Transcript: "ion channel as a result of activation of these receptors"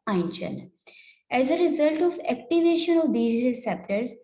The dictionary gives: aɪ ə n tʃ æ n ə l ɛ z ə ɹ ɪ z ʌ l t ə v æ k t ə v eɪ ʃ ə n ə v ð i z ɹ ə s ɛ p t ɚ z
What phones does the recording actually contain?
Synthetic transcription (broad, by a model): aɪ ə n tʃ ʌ n ɛ z ə ɹ ɪ z ʌ l t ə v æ k t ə v eɪ ʃ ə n ə v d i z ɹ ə s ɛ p t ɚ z